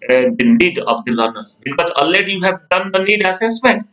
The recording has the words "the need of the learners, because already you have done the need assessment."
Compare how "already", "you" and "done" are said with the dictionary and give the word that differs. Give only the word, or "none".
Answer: already